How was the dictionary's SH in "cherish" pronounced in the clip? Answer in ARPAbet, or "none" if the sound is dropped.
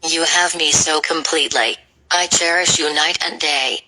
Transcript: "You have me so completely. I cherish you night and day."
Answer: SH